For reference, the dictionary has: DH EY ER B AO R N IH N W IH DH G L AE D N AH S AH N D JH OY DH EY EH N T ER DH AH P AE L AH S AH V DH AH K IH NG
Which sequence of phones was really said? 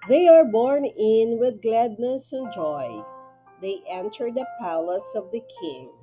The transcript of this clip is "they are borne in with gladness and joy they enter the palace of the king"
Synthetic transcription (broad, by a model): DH EY ER B AO R N IH N W IH DH G L AE D N AH S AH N JH OY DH EY EH N T ER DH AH P AE L AH S AH V DH AH K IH NG